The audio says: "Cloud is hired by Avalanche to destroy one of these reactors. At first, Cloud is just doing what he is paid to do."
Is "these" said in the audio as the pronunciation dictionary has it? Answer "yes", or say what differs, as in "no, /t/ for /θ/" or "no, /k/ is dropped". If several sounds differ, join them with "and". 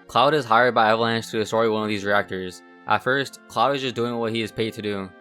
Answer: yes